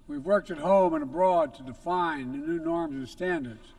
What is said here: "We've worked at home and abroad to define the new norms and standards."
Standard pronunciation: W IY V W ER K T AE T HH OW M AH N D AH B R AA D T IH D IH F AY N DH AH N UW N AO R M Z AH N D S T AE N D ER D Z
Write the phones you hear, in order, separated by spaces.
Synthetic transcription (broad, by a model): W IY V W ER K T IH T HH OW M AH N AH B R AA D T IH D IH F AY N DH AH N UW N AO R M Z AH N S T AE N D ER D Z